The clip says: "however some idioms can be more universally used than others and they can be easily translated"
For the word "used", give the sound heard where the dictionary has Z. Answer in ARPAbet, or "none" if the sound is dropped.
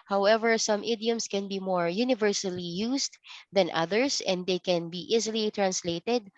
S